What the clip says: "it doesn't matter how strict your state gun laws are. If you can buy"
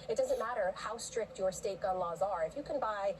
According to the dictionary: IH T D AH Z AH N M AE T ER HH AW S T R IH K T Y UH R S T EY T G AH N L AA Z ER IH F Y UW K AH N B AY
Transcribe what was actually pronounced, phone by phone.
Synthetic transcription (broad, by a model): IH T D AH Z AH N M AE T ER HH AW S T R IH K T Y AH R S T EY T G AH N L AA Z ER IH F Y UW K AH N B AY